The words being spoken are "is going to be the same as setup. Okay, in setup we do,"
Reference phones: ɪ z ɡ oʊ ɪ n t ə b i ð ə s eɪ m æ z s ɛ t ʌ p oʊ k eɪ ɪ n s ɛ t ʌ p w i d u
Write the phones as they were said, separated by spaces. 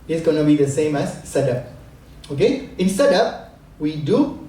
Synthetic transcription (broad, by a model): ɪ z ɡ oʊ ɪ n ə b i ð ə s eɪ m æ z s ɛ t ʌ p oʊ k eɪ ɪ n s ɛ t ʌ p w i d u